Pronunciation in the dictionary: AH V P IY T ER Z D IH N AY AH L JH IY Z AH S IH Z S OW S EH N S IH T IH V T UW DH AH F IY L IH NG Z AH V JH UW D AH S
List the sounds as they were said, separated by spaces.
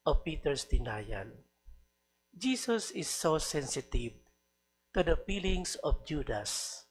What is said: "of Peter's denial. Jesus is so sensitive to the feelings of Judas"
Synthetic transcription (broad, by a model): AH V P IY T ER S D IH N AY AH N JH IY S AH S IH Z S OW S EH N S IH T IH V T UW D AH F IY L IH NG S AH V JH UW D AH S